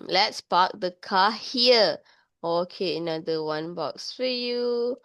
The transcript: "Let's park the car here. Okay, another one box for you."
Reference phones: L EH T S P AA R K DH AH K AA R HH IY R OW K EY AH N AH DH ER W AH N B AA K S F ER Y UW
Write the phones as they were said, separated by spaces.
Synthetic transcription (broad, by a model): L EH T S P AA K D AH K AA HH IY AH OW K EY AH N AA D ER W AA N B AA K S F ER Y UW